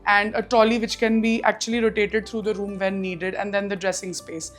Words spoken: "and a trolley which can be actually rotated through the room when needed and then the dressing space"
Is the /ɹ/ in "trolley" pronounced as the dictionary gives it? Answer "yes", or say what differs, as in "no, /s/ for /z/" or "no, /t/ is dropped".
no, /ɹ/ is dropped